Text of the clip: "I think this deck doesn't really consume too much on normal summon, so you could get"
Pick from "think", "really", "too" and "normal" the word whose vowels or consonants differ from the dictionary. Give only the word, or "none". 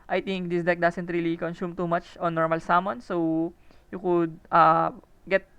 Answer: think